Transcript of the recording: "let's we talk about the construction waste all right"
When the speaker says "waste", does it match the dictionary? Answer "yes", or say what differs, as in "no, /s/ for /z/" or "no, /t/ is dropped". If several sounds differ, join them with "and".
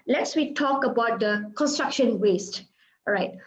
yes